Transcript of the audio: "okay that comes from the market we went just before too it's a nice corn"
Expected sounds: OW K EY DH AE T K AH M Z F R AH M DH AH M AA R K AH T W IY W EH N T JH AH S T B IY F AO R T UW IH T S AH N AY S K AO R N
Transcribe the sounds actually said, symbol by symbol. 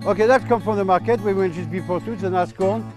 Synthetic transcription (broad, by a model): OW K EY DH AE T K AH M F R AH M DH AH M AA R K AH T W IY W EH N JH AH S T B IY P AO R T UW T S AH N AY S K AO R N